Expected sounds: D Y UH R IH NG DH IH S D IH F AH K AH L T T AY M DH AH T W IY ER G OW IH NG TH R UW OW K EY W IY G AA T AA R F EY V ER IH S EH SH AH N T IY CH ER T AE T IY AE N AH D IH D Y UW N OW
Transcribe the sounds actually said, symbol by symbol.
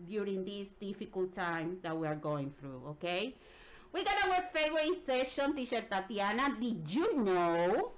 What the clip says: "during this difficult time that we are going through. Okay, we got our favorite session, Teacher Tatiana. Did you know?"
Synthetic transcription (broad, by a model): D Y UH R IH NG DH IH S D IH F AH K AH L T T AY M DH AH T W IY ER G OW IH NG TH R UW OW K EY W IY G AA T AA W F EY V ER IH S EH SH AH N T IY SH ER T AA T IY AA N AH D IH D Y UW N OW